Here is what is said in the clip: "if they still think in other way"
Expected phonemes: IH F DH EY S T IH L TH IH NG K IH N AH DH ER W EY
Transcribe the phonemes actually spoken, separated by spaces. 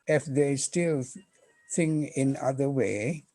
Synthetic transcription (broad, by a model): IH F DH EY S T IH L S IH NG IH N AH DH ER W EY